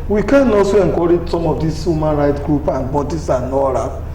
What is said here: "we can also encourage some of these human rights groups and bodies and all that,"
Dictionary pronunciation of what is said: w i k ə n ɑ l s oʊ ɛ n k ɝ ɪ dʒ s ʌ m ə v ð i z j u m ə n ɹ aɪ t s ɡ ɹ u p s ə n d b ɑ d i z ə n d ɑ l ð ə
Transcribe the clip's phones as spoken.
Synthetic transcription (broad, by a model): w i k ə n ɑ s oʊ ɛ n k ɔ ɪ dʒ s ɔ m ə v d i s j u m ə n ɹ aɪ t ɡ ɹ u p ə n b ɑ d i s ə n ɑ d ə